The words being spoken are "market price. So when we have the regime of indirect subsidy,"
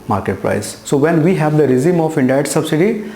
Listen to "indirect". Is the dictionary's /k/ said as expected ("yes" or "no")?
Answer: no